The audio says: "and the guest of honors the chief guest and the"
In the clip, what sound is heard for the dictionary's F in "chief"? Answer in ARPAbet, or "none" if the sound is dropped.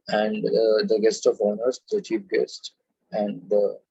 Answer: P